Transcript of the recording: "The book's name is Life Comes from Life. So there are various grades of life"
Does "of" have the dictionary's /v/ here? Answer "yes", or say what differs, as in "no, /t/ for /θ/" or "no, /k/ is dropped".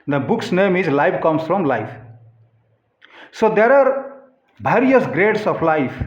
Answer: no, /p/ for /v/